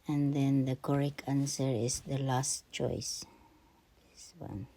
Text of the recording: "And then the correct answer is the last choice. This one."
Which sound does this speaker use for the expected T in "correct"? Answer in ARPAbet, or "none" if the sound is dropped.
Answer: none